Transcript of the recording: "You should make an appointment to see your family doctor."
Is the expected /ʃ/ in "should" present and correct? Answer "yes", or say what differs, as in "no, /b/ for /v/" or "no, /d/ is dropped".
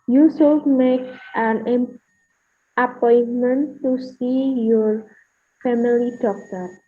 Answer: no, /s/ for /ʃ/